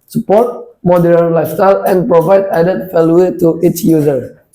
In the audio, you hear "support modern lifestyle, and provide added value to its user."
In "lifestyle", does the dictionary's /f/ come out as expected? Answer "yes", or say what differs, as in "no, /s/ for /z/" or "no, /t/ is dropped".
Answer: no, /f/ is dropped